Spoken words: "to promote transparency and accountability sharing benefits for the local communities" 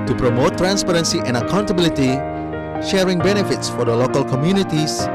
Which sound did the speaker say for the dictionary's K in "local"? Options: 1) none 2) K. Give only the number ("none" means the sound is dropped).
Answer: 2